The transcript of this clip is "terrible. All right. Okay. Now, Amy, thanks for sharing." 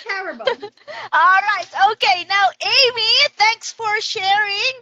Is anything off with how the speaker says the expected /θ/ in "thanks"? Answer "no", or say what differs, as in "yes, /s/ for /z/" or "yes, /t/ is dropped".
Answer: no